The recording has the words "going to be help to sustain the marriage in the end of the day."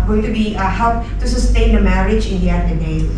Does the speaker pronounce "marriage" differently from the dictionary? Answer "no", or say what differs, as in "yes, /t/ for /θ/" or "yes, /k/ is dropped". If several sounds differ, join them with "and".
no